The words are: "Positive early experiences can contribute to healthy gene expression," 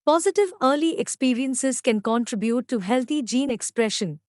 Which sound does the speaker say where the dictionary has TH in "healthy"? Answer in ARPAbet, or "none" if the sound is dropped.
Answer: T